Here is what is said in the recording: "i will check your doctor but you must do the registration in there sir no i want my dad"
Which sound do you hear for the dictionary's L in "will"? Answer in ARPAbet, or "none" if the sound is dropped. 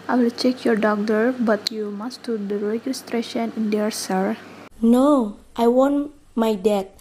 L